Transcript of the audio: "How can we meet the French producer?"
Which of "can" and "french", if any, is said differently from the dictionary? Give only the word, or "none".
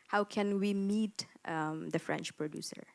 none